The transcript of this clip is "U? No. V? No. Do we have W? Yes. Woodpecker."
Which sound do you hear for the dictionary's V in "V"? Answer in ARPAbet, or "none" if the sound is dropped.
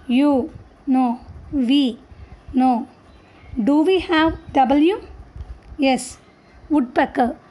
V